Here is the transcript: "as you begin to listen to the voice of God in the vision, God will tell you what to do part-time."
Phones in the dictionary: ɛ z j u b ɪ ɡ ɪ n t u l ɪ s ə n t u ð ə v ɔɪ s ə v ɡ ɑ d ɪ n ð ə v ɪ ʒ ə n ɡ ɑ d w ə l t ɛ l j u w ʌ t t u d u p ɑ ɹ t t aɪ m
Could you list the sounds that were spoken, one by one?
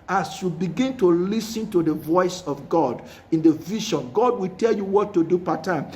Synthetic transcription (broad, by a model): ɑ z j u b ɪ ɡ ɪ n t u l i s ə n t u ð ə v ɔɪ s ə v ɡ ɑ d ɪ n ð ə v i ʃ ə n ɡ ɑ d w ə l t ɛ l j u w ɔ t t u d u p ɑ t t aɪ m